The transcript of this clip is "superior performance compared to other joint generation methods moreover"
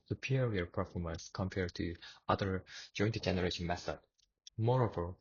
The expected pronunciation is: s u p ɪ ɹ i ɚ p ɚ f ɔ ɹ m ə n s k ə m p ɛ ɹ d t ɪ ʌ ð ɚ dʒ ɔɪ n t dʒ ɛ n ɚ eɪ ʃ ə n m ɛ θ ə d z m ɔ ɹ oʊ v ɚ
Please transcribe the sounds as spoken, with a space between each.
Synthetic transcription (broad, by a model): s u p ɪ ɹ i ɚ p ɚ f ɔ ɹ m ə n s k ə m p ɛ ɹ d t ɪ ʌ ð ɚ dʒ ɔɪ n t dʒ ɛ n ɚ eɪ ʃ ə n m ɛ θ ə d m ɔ ɹ oʊ v ɚ